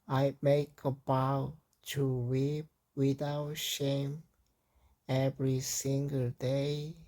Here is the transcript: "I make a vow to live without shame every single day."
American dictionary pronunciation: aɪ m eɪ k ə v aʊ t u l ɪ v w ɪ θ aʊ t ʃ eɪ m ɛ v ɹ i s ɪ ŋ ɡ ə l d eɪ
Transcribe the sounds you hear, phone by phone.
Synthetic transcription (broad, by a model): aɪ m eɪ k ə b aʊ t u w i p w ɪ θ aʊ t ʃ eɪ m ɛ v ɹ i s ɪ ŋ ɡ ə l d eɪ